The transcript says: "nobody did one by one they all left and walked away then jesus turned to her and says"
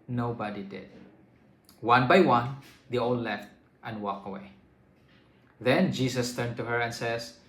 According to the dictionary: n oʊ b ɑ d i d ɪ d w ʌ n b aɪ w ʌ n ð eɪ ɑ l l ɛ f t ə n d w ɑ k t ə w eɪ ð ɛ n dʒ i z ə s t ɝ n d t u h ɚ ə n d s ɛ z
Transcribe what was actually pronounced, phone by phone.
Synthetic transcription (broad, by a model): n oʊ b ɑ d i d ɪ d w ʌ n b aɪ w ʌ n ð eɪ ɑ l l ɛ f t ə n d w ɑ k ə w eɪ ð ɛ n dʒ i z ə s t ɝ n t u h ɚ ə n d s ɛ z